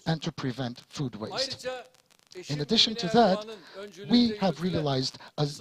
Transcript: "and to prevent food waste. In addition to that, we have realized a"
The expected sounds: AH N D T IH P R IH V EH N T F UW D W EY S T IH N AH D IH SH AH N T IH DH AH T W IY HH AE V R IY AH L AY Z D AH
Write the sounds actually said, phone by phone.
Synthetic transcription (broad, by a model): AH N T IH P R IH V EH N T F UW D W EY S T IH N AH D IH SH AH N T IH DH AH T W IY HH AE V R IY AH L AY Z D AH